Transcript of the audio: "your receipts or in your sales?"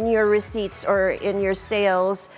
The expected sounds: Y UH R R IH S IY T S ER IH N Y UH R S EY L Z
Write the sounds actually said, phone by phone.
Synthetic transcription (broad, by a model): Y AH R R IH S IY T S ER IH N Y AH R S EY L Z